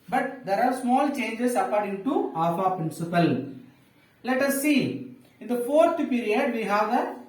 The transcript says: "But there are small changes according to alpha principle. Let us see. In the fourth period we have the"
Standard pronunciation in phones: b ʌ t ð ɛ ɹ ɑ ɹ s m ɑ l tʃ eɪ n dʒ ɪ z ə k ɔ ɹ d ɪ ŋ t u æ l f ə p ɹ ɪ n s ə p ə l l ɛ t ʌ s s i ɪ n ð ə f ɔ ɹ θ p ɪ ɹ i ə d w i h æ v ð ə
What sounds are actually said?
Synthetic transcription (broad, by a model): b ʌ t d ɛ ɹ ɑ ɹ s m ɑ l tʃ eɪ n dʒ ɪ s ə k ɔ ɹ d ɪ ŋ t u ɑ f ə p ɹ ɪ n s ə p ə l l ɛ t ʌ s s i ɪ n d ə f ɔ ɹ t p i ɹ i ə d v i h æ v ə